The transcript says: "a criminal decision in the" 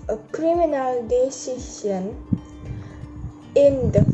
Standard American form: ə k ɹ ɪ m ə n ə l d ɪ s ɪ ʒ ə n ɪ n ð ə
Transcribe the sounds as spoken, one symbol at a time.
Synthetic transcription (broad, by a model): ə k ɹ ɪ m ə n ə l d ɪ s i s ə n ɪ n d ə